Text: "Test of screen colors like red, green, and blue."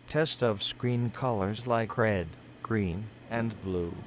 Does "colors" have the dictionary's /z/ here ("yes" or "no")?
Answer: yes